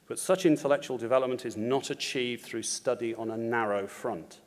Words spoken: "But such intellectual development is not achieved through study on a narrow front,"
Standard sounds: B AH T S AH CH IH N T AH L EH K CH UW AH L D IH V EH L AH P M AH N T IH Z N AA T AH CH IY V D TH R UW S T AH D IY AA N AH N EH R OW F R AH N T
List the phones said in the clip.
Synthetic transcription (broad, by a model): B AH T S AH CH IH N T AH L EH K CH UW AH L D IH V EH L AH P M AH N T IH Z N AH T AH CH IY V D TH R UW S T AH D IY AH N AH N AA R OW F R AH N T